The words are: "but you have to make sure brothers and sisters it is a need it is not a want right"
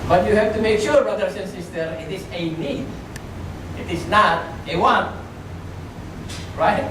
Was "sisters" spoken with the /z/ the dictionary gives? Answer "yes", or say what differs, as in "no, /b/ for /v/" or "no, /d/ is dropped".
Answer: no, /z/ is dropped